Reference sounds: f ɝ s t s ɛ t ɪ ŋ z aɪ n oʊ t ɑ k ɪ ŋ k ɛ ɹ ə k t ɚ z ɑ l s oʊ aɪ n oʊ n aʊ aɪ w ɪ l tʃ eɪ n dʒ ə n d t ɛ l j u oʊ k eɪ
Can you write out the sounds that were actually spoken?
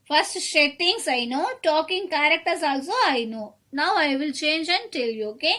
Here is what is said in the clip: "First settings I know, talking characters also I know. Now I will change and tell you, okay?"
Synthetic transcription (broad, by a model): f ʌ s t ʃ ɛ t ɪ ŋ s aɪ n oʊ t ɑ k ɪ ŋ k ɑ ɹ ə k t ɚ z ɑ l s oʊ aɪ n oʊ n aʊ aɪ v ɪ l tʃ eɪ n dʒ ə n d t ɛ l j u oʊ k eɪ